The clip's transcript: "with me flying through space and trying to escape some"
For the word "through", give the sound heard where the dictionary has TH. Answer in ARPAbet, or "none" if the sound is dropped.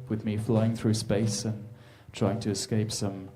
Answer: TH